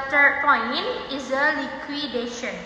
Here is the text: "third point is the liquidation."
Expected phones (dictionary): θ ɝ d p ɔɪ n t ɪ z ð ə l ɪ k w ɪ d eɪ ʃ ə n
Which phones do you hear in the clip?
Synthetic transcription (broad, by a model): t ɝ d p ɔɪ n ɪ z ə l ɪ k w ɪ d eɪ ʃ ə n